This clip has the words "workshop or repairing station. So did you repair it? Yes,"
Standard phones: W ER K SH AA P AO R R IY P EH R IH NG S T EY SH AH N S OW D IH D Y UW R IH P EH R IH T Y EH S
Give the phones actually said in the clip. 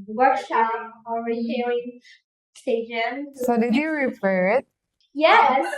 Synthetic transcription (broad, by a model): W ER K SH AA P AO L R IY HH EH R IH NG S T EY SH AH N S OW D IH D Y UW R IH F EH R IH T Y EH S